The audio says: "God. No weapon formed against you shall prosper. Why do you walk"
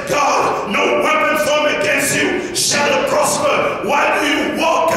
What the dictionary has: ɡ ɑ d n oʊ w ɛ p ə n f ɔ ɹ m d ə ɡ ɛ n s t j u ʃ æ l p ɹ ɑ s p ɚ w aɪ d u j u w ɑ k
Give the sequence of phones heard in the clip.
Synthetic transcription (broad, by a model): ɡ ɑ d n oʊ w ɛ ə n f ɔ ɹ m ə ɡ ɛ n s t j u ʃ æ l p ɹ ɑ s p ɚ w aɪ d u j u w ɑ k